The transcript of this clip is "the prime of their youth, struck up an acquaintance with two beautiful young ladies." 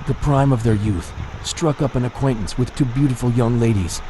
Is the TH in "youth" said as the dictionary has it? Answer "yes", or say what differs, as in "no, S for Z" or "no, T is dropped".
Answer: yes